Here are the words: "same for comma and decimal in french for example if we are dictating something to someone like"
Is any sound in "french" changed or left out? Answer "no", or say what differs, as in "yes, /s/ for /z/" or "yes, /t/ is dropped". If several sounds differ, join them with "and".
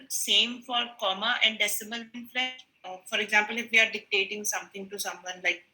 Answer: yes, /l/ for /ɹ/